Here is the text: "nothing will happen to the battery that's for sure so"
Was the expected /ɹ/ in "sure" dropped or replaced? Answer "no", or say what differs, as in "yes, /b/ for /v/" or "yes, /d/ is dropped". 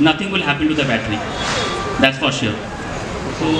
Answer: yes, /l/ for /ɹ/